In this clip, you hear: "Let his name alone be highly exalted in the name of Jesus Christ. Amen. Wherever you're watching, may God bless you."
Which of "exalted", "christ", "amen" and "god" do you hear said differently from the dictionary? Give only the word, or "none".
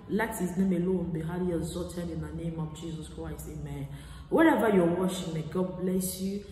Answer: exalted